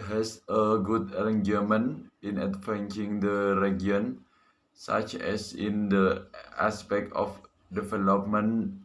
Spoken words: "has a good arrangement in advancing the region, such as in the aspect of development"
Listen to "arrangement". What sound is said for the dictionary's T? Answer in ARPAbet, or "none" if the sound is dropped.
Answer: none